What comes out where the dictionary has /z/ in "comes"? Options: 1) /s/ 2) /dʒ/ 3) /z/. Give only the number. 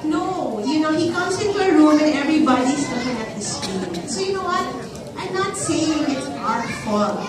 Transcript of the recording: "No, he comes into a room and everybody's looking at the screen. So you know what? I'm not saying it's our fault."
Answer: 1